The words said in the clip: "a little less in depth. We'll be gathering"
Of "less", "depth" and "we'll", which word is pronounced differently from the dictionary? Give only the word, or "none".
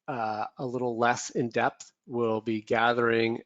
none